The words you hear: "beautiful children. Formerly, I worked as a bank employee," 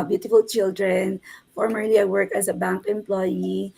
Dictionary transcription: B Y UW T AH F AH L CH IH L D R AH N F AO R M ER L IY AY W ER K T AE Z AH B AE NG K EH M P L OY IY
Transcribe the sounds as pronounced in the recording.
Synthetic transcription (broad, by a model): B Y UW T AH F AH L CH IH L D R AH N F AO R M ER L IY AY W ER K AE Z AH B AE NG K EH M P L OY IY